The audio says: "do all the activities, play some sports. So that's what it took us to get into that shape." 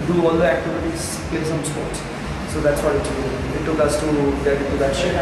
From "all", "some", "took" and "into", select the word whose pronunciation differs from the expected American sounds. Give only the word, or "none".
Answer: into